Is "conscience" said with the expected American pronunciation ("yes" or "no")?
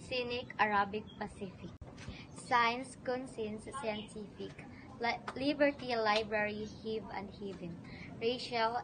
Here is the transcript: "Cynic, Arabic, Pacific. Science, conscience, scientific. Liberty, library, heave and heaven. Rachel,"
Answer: no